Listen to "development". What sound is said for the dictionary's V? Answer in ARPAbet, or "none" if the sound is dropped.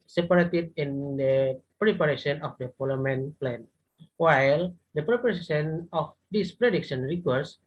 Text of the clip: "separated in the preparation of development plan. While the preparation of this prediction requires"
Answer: F